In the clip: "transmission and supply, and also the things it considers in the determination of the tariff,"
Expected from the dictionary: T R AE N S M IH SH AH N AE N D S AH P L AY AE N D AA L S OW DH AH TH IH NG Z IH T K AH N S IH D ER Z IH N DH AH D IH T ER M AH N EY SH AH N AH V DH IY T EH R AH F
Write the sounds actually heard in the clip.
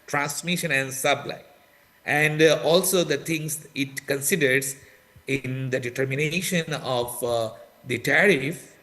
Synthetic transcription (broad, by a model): T R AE N S M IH SH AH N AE N D S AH B L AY AE N D AA L S OW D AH T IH NG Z IH T K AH N S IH D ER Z IH N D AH D IH T ER M AH N EY SH AH N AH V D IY T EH R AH F